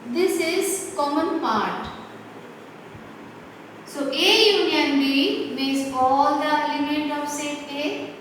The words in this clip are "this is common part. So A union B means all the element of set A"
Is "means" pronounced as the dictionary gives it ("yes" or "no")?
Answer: no